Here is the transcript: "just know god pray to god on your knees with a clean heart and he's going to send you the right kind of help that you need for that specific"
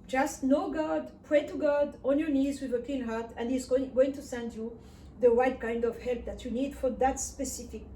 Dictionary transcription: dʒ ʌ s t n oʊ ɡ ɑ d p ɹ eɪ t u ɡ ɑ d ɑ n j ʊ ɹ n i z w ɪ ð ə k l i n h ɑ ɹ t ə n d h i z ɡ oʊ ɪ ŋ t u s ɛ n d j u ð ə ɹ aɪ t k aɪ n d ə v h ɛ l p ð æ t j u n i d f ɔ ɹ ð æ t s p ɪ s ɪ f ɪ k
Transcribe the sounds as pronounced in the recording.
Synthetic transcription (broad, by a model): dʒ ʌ s t n oʊ ɡ ɑ d p ɹ eɪ t u ɡ ɑ d ɑ n j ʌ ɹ n i z w ɪ ð ə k i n h ɑ ɹ t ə n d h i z ɡ oʊ ɪ ŋ t u s ɛ n d j u ð ə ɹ aɪ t k aɪ n d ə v h ɛ l p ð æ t j u n i d f ɔ ɹ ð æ t s p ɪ s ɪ f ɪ k